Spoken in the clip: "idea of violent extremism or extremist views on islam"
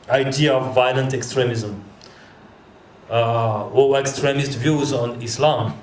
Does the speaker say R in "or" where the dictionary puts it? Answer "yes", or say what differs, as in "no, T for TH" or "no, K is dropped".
no, W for R